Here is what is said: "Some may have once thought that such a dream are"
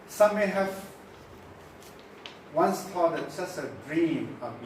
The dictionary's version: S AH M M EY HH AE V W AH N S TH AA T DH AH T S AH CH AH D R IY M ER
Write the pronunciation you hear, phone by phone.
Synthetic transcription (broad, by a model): S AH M M EY HH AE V W AH N S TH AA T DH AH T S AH S AH D R IY M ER